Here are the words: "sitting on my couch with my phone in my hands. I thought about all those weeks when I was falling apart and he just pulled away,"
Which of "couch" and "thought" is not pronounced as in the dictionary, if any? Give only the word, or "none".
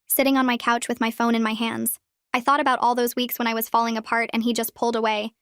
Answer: none